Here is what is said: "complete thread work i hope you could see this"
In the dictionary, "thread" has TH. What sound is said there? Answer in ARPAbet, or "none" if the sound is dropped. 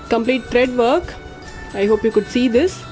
T